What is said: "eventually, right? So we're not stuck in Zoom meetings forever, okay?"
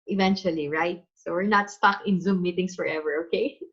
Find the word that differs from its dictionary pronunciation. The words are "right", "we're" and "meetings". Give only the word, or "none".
meetings